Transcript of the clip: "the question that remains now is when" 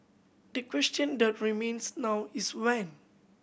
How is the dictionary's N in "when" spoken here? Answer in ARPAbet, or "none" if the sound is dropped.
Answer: N